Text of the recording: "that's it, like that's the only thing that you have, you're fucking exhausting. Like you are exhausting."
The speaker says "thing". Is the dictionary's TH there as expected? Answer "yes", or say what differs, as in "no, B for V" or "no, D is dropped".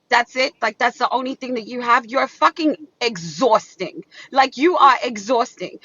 yes